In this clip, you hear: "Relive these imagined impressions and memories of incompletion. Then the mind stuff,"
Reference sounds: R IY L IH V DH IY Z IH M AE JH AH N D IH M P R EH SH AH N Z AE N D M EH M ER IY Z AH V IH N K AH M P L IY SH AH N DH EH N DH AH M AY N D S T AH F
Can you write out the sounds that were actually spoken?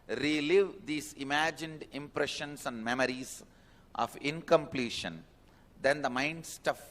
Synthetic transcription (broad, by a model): R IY L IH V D IY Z IH M AE JH AH N D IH M P R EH SH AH N S AE N D M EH M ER IY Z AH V IH N K AH M P L IY SH AH N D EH N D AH M AY N D S T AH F